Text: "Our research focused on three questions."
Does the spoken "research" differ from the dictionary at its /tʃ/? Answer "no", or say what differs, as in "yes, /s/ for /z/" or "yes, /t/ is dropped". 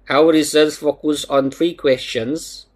yes, /s/ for /tʃ/